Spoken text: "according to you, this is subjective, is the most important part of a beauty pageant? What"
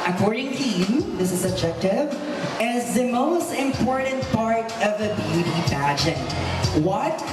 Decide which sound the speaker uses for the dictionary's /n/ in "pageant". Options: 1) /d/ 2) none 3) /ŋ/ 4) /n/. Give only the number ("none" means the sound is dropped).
2